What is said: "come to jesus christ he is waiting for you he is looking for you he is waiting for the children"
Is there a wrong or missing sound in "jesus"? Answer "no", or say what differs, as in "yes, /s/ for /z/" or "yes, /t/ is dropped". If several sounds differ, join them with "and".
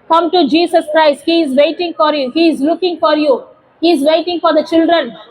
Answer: yes, /s/ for /z/